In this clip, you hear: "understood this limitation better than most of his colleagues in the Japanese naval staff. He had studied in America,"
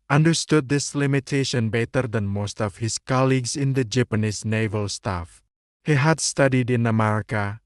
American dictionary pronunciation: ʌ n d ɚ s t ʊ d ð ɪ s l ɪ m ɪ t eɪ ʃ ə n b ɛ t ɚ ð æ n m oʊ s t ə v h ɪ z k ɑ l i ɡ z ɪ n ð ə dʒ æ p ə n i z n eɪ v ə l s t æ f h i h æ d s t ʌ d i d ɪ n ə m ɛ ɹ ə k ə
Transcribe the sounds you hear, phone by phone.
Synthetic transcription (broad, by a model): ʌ n d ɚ s t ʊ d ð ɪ s l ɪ m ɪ t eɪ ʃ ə n b ɛ t ɚ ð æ n m oʊ s t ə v h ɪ s k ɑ l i ɡ s ɪ n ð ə dʒ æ p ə n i s n eɪ v ə l s t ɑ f h i h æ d s t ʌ d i d ɪ n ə m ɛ ɹ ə k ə